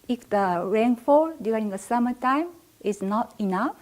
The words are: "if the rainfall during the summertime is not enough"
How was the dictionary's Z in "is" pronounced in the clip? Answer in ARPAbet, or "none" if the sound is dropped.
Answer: S